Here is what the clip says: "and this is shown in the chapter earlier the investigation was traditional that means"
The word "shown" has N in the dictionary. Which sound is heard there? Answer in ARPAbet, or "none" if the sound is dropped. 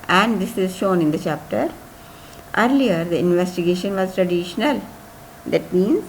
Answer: N